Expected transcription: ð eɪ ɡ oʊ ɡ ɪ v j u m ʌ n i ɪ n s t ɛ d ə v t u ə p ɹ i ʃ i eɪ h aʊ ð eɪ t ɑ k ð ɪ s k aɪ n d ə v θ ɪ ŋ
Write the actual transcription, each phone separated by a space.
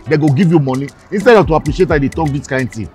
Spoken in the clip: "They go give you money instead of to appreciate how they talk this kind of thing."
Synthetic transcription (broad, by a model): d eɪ ɡ oʊ ɡ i v j u m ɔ n i ɪ n s t ɛ d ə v t u ə p ɹ i ʃ i eɪ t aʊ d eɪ t ɑ k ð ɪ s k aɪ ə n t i